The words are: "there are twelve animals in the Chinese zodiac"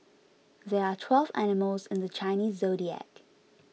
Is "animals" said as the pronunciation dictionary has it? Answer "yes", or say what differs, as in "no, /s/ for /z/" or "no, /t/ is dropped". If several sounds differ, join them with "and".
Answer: yes